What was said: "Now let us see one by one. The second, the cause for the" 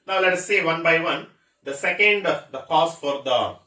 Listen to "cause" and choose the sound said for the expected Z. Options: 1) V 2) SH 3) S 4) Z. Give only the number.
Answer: 3